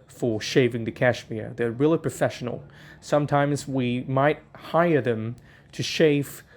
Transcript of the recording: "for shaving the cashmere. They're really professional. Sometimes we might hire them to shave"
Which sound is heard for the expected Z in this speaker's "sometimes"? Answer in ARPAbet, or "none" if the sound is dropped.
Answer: Z